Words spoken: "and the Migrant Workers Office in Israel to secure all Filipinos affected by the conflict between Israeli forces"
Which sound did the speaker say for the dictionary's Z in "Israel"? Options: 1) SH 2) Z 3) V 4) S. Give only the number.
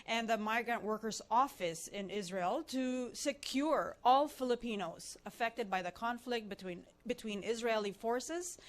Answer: 2